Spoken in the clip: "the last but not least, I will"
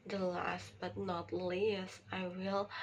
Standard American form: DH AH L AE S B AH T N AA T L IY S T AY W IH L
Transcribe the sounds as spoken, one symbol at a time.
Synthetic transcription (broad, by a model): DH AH L AE S B AH T N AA T L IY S AY W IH L